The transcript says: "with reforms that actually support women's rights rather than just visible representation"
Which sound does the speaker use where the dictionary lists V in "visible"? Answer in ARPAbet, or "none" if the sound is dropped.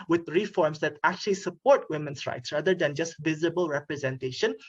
V